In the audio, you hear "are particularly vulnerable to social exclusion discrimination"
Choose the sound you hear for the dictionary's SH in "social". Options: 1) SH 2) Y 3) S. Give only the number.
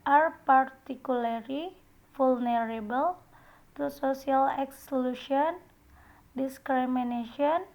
3